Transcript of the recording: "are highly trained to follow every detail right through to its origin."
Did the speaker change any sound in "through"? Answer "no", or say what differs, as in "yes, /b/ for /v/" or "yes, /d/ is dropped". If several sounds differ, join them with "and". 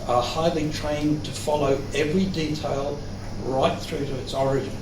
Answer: no